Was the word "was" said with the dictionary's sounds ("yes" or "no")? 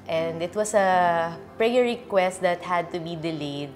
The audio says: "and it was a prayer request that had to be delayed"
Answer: no